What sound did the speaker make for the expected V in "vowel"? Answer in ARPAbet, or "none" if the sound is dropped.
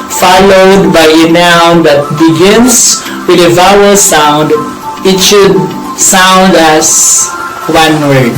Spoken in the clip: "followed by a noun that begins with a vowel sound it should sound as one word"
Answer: V